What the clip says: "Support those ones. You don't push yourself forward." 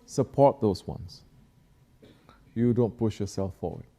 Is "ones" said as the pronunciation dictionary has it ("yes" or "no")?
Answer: no